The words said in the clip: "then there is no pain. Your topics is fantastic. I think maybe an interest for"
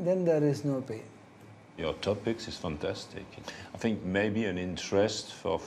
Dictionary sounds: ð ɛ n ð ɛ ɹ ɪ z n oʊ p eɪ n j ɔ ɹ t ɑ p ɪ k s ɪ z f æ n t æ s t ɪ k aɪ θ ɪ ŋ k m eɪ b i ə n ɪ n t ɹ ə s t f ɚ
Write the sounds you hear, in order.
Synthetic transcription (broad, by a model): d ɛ n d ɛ ɹ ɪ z n oʊ p eɪ n j ɔ ɹ t ɑ p ɪ k s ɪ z f æ n t æ s t ɪ k aɪ θ ɪ ŋ k m eɪ b i ə n ɪ n t ɹ ə s t f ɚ